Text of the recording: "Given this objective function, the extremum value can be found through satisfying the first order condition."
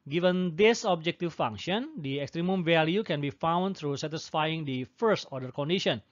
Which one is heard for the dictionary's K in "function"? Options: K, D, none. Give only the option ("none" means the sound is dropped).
none